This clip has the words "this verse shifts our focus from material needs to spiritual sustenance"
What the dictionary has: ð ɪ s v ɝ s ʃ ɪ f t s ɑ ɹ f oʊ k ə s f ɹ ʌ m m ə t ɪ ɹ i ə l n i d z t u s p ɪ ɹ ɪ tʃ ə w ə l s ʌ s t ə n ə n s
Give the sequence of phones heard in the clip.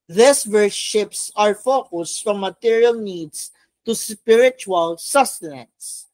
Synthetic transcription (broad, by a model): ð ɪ s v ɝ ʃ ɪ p s ɑ ɹ f oʊ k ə s f ɹ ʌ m m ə t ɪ ɹ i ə l n i d s t u s p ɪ ɹ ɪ tʃ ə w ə l s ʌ s t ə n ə n s